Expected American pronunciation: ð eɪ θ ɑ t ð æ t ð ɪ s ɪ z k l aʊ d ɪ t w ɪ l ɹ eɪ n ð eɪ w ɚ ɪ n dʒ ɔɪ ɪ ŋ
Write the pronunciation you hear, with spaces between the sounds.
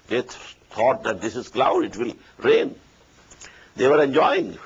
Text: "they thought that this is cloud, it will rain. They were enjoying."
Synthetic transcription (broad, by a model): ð eɪ t ɑ t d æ t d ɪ s ɪ z k l aʊ d ɪ t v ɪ l ɹ eɪ n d eɪ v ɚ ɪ n dʒ ɔɪ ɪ ŋ